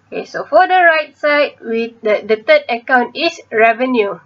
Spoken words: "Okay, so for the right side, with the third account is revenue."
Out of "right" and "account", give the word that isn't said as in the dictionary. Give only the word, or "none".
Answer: none